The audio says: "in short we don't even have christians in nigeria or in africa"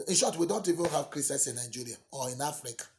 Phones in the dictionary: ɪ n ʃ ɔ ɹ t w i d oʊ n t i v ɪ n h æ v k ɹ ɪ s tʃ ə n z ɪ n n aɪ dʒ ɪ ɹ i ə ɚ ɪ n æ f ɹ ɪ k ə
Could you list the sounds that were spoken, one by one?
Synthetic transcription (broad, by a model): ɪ n ʃ ɔ t w i d oʊ n t i v ɪ n h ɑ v k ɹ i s ə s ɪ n n aɪ dʒ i ɹ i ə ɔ ɪ n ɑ f ɹ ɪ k